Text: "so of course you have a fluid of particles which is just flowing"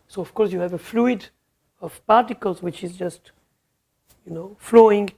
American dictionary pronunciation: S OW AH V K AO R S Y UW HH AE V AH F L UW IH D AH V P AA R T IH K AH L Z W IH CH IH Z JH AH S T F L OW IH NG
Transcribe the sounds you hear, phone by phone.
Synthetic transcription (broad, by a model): S OW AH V K AO R S Y UW HH AE V AH F L UW IH D AH V P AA R T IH K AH L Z W IH CH IH Z JH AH S T F L OW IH NG